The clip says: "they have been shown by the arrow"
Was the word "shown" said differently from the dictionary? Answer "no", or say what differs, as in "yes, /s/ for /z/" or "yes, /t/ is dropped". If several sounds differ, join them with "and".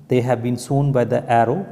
yes, /s/ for /ʃ/